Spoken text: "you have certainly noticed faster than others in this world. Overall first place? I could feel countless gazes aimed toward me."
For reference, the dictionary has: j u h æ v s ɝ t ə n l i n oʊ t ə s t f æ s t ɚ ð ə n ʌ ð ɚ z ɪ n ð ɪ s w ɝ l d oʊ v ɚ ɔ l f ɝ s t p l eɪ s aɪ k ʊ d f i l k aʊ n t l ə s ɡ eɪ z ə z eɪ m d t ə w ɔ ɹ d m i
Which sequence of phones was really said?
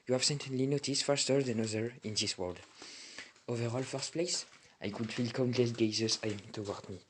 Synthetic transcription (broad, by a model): j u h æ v s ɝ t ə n l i n oʊ t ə s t f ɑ s t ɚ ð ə n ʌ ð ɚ ɪ n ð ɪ s w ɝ l d oʊ v ɚ ɔ l f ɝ s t p l eɪ s aɪ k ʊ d f i l k aʊ n t l ə s ɡ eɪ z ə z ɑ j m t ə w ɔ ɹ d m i